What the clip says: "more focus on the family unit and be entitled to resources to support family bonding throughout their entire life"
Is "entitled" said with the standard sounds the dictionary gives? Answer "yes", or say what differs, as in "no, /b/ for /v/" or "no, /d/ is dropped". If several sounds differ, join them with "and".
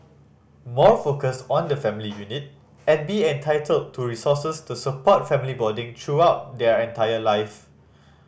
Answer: yes